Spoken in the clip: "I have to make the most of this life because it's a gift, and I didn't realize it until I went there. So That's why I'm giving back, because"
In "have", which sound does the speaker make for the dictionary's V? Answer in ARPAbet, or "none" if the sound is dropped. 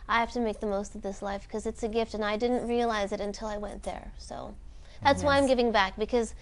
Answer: F